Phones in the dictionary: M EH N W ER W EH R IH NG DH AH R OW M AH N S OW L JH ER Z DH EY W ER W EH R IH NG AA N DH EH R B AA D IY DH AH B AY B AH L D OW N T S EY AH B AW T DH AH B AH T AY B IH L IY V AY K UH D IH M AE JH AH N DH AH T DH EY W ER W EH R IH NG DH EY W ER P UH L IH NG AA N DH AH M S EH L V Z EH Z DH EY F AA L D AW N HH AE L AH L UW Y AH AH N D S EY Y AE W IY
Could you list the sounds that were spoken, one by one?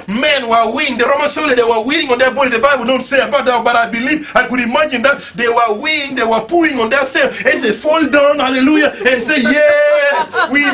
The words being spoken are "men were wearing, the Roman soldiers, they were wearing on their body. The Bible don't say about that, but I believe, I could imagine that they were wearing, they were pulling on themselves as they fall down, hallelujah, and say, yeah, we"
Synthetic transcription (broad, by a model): M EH N W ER W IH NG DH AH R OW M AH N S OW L ER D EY W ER W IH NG AA N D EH B AA D IY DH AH B AY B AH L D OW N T S EY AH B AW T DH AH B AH T AY B IH L IY V AY K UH D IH M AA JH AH N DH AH T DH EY W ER W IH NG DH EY W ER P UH IH NG AA N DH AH S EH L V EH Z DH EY F AA L D AW N HH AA L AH L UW Y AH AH N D S EY Y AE W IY